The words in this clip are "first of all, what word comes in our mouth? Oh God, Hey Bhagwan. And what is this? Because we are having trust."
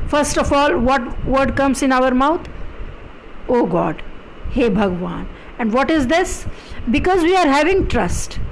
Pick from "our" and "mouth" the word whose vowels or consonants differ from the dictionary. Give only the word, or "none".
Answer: mouth